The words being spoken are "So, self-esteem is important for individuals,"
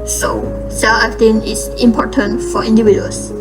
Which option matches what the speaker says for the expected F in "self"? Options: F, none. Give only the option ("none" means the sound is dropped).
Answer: none